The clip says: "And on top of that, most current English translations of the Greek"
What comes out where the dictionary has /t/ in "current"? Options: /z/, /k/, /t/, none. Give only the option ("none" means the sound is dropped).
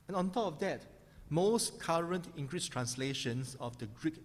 /t/